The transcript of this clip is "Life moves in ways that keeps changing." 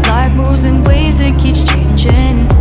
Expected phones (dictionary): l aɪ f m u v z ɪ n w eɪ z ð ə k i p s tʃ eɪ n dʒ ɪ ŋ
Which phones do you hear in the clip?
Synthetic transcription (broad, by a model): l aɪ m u z ɪ n w eɪ z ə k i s tʃ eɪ n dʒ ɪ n